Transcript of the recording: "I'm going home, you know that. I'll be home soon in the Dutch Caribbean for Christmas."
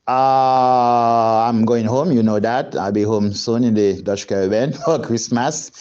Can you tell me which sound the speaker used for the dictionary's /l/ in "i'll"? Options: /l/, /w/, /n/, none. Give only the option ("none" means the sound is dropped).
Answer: /l/